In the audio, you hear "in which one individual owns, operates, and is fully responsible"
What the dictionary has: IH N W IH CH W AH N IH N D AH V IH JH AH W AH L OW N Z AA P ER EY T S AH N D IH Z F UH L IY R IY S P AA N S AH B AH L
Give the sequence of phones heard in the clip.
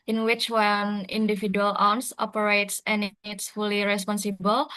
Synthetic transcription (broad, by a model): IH N W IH CH W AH N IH N D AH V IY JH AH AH L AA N S AA P ER EY T S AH N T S F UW L IY R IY S P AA N S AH B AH L